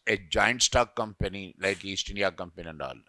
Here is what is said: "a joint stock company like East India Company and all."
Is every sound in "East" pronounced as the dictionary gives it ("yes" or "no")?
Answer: yes